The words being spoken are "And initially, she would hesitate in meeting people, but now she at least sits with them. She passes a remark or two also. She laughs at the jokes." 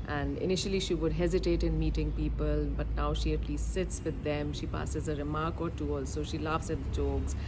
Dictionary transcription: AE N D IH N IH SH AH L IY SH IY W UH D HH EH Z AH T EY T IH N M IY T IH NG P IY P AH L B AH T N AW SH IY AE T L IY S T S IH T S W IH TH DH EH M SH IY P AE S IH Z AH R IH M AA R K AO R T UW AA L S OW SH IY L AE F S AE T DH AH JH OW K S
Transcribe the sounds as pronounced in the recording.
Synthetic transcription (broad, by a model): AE N D IH N IH SH AH L IY SH IY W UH D HH EH Z AH T EY T IH N M IY T IH NG P IY P AH L B AH T N AW SH IY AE T L IY S T S IH T S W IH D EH M SH IY P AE S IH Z AH R IH M AA R K AO R T UW AA L S OW SH IY L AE F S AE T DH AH JH OW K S